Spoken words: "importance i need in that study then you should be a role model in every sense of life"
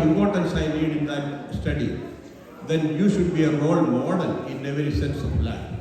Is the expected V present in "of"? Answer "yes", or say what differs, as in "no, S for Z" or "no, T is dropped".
no, P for V